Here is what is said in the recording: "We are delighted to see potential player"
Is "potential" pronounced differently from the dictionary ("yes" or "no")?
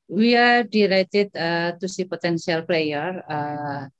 yes